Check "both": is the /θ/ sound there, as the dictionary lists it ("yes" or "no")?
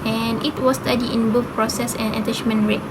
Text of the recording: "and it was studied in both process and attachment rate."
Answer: no